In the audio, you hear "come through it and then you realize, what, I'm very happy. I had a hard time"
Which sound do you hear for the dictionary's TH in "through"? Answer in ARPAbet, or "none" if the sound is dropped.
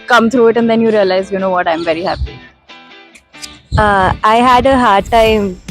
T